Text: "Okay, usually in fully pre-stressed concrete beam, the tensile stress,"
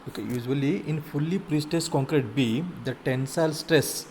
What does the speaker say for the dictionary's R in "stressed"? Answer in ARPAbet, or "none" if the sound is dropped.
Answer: none